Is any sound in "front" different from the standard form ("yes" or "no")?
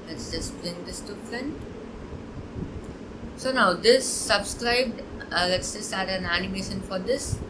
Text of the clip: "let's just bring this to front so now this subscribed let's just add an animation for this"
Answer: yes